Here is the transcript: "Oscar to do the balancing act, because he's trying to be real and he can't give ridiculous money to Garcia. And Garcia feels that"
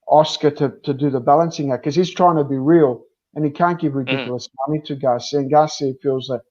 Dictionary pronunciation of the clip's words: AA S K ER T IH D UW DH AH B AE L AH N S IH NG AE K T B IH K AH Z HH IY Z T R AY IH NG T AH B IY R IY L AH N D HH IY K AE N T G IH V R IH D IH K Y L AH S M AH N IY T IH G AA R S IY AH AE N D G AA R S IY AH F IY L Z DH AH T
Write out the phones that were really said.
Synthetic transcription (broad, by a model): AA S K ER T IH D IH DH AH B AE L AH N S IH NG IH K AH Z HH IY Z T R AY IH NG T AH B IY R IY L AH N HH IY K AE N G IH V R IH D IH K Y L AH S M AH N IY T IH G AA S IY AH N G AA S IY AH F IY L Z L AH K